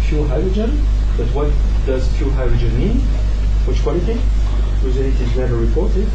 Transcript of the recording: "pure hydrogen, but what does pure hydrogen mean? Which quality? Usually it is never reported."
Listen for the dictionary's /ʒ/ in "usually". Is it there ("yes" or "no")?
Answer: no